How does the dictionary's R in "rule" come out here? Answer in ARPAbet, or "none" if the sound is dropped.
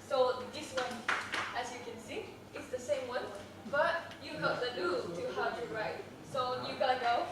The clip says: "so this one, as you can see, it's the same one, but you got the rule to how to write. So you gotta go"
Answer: L